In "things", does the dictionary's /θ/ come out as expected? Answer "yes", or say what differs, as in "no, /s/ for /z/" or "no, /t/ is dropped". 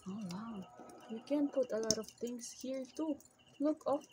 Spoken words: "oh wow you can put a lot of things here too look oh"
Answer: no, /t/ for /θ/